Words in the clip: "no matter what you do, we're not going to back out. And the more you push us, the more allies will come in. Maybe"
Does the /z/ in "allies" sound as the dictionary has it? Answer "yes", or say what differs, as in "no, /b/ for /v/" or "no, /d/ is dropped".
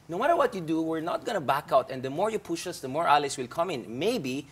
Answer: no, /s/ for /z/